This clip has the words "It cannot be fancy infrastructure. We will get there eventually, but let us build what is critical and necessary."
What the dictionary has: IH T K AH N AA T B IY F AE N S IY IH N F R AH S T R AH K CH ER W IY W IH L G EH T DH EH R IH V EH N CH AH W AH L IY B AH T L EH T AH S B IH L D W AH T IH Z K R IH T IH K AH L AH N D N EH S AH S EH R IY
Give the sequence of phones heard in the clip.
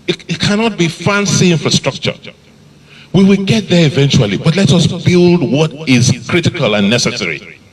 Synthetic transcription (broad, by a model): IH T K AH N AA T B IY F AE N S IY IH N F R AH S T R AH K CH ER W IY W IH L G EH T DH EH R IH V EH N CH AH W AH L IY B AH T L EH T AH S B IH L D W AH T IH Z K R IH T IH K AH L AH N N EH S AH S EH R IY